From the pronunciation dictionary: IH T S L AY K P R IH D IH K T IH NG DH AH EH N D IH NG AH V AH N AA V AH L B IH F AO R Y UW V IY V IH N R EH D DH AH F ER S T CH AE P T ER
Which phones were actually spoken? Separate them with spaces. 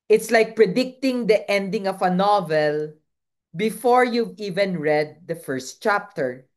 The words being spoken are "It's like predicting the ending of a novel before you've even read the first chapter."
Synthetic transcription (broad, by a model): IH T S L AY K P R IH D IH K T IH NG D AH EH N D IH NG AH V AH N AA V AH L B IH F AO R Y UW V IY V IH N R EH D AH F ER S T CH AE P T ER